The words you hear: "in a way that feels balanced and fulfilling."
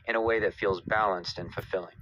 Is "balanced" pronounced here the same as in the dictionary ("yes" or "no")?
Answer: yes